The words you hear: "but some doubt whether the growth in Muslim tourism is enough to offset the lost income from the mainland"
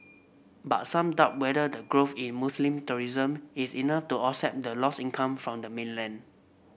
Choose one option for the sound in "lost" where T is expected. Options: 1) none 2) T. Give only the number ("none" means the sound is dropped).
1